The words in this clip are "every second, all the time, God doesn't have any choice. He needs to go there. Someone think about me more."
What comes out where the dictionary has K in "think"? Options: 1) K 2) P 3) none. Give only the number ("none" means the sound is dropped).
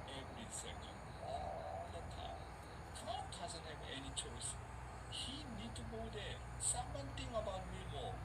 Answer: 3